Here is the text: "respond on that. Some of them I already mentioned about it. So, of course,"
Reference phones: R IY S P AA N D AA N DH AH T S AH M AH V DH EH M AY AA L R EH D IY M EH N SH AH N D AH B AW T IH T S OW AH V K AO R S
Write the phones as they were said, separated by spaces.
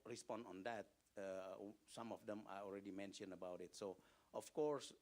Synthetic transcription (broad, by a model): R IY S P AA N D AA N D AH T S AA M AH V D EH M AY AA L R EH D IY M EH N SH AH N AH B AW T IH T S OW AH F K AO R S